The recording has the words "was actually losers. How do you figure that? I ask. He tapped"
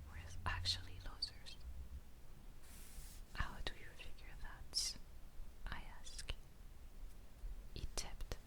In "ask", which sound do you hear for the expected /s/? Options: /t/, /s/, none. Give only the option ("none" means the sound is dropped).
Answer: /s/